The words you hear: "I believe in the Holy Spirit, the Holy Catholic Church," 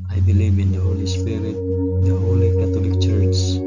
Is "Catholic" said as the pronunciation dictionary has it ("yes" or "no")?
no